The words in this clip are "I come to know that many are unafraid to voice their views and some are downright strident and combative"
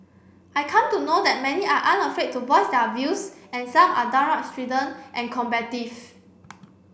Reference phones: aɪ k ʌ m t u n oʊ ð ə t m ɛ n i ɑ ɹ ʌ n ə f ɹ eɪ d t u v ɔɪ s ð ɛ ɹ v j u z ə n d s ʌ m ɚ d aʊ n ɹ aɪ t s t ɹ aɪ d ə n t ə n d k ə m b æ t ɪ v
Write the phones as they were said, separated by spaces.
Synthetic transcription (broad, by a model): aɪ k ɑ m t u n oʊ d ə t m ɛ n i ɑ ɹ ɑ n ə f ɹ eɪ t u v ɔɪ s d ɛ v j u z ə n s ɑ m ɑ d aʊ ɹ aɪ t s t ɹ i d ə n t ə n k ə m b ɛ t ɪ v